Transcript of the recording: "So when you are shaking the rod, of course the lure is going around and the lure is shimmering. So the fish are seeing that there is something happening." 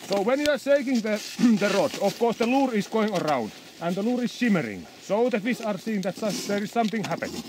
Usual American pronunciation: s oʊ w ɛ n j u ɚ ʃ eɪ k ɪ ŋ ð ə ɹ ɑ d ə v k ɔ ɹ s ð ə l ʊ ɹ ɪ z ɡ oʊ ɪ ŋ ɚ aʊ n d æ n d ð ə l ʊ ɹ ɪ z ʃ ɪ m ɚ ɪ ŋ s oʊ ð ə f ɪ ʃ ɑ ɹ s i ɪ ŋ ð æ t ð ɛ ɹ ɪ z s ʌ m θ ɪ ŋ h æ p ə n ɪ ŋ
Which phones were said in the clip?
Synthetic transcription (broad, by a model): s oʊ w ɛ n j u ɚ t eɪ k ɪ ŋ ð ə ɹ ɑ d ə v k ɔ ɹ s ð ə l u ɹ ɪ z ɡ oʊ ɪ ŋ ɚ aʊ n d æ n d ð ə l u ɹ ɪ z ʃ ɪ m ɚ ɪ ŋ s oʊ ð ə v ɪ s ɑ ɹ s i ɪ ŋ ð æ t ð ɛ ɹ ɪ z s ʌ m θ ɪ ŋ h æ p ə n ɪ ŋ